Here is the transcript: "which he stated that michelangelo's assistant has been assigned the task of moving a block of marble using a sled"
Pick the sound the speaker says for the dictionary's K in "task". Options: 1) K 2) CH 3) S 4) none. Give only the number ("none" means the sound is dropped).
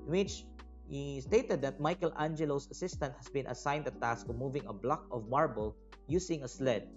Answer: 1